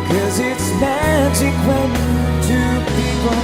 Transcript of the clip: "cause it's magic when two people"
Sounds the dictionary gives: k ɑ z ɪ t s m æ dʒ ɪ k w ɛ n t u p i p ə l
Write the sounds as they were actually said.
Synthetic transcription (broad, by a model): k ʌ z ɪ t s m æ dʒ ɪ k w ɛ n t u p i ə